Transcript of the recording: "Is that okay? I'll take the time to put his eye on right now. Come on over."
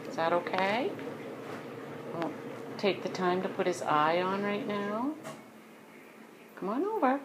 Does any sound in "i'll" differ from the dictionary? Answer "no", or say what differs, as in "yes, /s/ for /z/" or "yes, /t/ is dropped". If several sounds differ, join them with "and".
yes, /n/ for /l/